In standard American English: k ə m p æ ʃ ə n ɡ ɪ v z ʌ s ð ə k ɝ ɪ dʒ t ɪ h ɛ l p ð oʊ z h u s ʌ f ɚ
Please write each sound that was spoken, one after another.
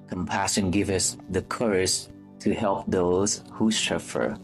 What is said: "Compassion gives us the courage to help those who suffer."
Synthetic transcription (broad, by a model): k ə m p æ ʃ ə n ɡ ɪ v ʌ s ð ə k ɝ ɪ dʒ t ɪ h ɛ l p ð oʊ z h u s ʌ f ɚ